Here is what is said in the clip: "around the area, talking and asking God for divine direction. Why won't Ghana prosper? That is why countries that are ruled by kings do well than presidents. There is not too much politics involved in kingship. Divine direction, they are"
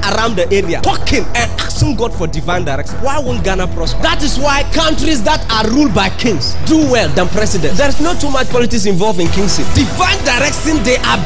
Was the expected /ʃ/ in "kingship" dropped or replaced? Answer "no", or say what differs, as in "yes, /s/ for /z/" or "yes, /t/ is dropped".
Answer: yes, /s/ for /ʃ/